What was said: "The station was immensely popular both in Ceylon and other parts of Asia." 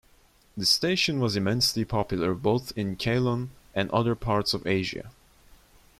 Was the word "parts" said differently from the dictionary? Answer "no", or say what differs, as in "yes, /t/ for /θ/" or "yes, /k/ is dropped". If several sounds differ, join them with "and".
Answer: no